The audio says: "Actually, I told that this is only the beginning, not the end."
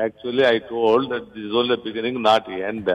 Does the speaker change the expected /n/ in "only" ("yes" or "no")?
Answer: yes